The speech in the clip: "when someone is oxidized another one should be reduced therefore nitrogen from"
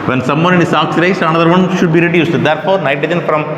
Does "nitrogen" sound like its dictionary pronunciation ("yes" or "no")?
no